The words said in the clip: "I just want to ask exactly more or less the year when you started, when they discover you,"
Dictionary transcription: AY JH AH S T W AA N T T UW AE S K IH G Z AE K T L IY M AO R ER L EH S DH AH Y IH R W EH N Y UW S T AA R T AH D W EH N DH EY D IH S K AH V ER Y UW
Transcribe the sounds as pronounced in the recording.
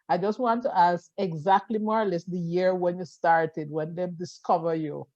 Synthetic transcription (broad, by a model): AY JH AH S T W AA N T T UW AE S K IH G Z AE K T L IY M AO R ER L EH S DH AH Y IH R W EH N Y UW S T AA R T AH D W EH N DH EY D IH S K AH V ER Y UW